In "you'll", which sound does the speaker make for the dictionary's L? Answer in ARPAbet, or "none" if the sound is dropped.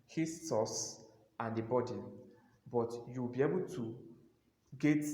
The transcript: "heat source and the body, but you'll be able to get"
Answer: W